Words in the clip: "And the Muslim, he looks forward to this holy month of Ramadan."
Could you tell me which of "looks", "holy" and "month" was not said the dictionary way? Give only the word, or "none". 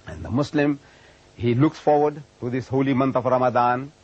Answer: month